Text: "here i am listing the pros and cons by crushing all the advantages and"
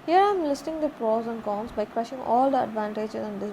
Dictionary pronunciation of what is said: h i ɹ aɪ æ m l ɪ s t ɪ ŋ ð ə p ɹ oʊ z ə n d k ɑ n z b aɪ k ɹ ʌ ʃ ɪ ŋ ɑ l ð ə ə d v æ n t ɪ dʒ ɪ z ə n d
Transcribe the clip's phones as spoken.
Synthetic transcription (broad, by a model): h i ɹ aɪ m l ɪ s t ɪ ŋ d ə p ɹ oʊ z ə n d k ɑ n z b aɪ k ɹ ʌ ʃ ɪ ŋ ɑ l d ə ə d v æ n t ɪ dʒ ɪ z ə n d